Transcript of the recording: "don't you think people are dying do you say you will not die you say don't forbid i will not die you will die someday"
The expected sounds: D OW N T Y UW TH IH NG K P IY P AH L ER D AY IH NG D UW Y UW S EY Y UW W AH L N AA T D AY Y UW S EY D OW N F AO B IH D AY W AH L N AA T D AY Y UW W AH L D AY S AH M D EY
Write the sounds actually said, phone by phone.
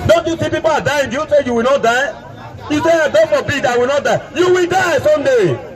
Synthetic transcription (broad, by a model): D OW N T Y UW S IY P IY P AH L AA D AY IH NG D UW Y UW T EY Y UW W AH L N AA T D AY Y UW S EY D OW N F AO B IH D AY W AH L N AA T D AY Y UW W AH L D AY S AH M D EY